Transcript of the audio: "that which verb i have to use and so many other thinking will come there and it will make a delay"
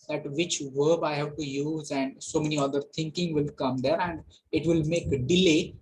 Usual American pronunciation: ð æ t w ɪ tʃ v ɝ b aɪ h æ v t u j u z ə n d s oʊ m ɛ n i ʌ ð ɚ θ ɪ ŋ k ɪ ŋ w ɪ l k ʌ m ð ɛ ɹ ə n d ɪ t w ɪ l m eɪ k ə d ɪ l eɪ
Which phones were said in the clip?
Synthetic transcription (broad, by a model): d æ t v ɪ tʃ v ɝ b aɪ h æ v t u j u z ə n d s oʊ m ɛ n i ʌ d ɚ t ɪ ŋ k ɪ ŋ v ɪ l k ʌ m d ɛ ɹ ə n d ɪ t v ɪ l m eɪ k ə d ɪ l eɪ